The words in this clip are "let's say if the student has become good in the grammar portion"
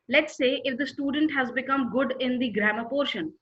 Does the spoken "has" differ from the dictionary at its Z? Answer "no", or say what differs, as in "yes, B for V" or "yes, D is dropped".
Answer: no